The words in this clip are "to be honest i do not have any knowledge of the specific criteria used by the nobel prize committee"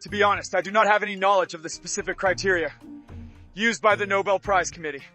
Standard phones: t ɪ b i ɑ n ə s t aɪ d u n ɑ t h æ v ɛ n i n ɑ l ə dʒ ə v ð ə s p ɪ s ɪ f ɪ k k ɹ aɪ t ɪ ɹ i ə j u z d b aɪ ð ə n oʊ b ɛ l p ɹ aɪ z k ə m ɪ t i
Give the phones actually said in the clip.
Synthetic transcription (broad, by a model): t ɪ b i ɑ n ə s t aɪ d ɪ n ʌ t h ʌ v ɛ n i n ɑ l ə dʒ ə v ð ə s p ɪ s ɪ f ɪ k k ɹ aɪ t ɪ ɹ i ə j u z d b aɪ ð ə n oʊ b ɛ l p ɹ aɪ z k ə m ɪ t i